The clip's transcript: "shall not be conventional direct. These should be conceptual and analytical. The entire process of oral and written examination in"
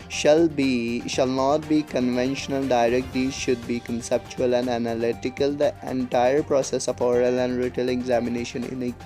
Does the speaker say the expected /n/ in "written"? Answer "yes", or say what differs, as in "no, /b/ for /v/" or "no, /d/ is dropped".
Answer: no, /l/ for /n/